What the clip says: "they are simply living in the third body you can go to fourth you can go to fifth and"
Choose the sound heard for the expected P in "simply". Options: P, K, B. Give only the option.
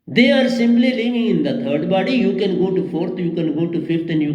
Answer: B